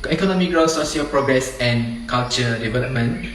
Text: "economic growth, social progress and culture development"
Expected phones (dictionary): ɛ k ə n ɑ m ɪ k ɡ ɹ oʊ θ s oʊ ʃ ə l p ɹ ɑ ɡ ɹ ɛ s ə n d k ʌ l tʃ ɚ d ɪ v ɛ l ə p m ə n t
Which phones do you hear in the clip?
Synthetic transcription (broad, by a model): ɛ k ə n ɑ m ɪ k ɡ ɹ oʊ s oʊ s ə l p ɹ ɑ ɡ ɹ ɛ s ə n k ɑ l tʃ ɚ d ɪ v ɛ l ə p m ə n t